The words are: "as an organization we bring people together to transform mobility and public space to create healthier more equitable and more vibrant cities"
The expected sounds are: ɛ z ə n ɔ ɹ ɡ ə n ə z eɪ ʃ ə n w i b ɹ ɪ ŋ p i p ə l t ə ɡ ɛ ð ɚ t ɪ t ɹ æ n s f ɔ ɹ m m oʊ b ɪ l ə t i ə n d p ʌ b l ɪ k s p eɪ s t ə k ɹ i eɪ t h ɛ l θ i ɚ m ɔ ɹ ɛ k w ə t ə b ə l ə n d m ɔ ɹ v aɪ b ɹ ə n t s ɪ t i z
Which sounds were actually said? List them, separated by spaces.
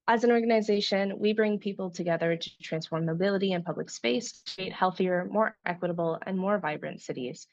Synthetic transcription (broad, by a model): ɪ z ə n ɔ ɹ ɡ ə n ə z eɪ ʃ ə n w i b ɹ ɪ ŋ p i p l t ə ɡ ɛ ð ɚ t ɪ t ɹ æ n s f ɔ ɹ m m oʊ b ɪ l ə t i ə n p ʌ b l ɪ k s p eɪ s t k ɹ i eɪ t h ɛ l θ i ɚ m ɔ ɹ ɛ k w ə t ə b l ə n m ɔ ɹ v aɪ b ɹ ə n t s ɪ t i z